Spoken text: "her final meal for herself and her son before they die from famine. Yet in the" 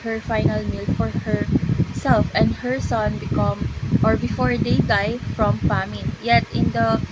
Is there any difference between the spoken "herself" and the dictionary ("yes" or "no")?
no